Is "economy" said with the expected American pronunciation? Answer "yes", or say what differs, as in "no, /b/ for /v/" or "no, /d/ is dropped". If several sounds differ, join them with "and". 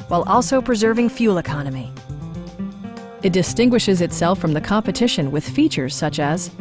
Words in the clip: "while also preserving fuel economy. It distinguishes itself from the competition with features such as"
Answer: yes